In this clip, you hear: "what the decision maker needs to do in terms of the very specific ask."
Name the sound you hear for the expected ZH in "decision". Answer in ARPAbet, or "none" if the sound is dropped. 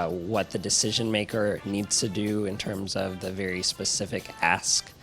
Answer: ZH